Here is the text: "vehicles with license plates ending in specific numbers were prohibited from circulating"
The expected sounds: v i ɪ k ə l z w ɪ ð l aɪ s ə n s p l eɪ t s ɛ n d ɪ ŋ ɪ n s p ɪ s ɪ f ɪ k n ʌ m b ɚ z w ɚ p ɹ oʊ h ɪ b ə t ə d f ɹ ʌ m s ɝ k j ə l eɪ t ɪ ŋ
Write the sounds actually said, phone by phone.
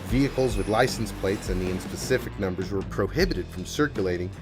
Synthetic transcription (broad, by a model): v i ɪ k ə l z w ɪ ð l aɪ s n s p l eɪ t s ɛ n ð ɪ ɪ n s p ɪ s ɪ f ɪ k n ʌ m b ɚ z w ɚ p ɹ oʊ h ɪ b ə t ə d f ɹ ʌ m s ɝ k j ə l eɪ t ɪ ŋ